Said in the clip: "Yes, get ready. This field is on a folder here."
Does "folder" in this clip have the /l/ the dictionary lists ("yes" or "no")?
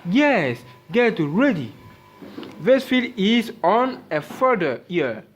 no